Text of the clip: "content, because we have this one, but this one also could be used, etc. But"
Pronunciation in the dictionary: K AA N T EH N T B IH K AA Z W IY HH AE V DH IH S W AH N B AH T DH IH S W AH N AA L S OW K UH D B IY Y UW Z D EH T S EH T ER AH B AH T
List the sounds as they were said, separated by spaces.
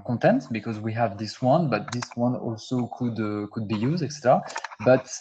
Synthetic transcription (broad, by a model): K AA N T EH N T B IH K AA Z W IY HH AE V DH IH S W AH N B AH T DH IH S W AH N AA L S OW K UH D B IY Y UW Z D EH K S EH T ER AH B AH T